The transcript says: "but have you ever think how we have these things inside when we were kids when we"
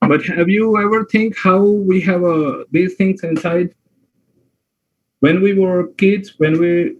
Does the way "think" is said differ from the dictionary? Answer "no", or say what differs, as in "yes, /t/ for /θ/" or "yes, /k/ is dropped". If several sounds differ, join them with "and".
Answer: yes, /t/ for /θ/